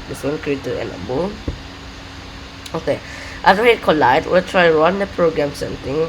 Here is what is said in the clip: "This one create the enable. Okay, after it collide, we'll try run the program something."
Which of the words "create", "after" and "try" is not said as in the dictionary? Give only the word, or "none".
after